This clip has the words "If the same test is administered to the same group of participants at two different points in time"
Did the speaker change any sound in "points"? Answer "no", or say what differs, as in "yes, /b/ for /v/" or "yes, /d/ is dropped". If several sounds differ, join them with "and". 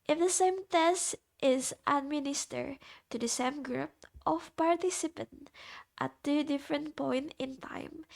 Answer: yes, /s/ is dropped